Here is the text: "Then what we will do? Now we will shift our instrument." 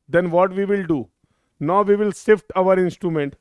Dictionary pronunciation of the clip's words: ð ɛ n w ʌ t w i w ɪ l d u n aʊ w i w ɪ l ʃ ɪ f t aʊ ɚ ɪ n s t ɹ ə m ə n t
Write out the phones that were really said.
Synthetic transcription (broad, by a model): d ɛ n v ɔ t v i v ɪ l d u n aʊ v i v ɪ l s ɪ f t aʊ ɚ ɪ n s t ɹ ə m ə n t